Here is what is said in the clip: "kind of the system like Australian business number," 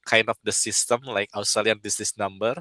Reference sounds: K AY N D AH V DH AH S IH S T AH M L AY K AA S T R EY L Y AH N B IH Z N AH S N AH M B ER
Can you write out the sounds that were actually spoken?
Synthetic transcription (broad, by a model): K AY N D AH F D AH S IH S T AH M L AY K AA S T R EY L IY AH N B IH S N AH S N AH M B ER